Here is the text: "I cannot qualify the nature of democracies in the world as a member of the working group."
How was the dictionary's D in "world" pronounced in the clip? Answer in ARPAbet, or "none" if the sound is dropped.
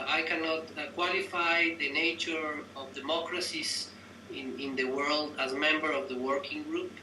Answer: D